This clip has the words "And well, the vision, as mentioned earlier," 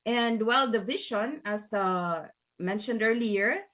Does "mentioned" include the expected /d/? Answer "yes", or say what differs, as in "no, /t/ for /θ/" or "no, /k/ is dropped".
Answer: yes